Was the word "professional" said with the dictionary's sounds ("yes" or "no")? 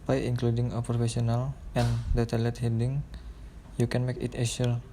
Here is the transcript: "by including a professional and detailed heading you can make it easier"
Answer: no